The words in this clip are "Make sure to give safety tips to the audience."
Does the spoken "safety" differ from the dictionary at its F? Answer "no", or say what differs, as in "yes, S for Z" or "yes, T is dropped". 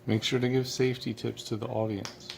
no